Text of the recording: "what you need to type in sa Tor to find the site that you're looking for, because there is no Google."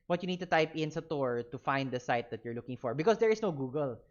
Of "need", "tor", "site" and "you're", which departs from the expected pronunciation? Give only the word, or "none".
none